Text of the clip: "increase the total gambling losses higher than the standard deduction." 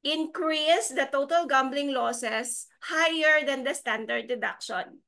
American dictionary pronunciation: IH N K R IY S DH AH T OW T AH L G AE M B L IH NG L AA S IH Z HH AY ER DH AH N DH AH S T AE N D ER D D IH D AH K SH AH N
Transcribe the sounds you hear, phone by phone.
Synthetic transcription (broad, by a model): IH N K R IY S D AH T OW T AH L G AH M B L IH NG L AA S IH S HH AY ER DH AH N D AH S T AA N D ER D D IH D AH K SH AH N